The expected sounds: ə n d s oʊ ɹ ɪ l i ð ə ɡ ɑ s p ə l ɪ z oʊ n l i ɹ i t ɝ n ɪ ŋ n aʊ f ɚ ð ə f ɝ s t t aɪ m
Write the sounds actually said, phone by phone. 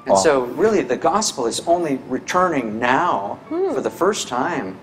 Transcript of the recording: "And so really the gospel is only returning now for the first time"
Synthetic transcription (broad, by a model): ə n s oʊ ɹ ɪ l i ð ə ɡ ɑ s p l ɪ z oʊ n l i ɹ i t ɝ n ɪ ŋ n aʊ f ɚ ð ə f ɝ s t t aɪ m